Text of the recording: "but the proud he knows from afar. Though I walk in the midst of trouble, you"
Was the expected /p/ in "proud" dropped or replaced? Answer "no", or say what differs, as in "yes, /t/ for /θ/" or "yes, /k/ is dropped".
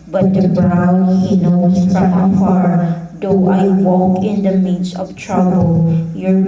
yes, /b/ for /p/